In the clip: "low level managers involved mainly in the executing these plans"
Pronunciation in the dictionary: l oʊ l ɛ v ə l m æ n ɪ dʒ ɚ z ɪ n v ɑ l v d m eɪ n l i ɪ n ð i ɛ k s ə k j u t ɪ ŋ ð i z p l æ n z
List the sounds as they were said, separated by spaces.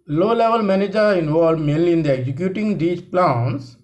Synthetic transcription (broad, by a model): l oʊ l ɛ v ə l m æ n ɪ dʒ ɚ ɪ n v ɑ l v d m eɪ n l i ɪ n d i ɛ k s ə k j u t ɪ ŋ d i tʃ p l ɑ n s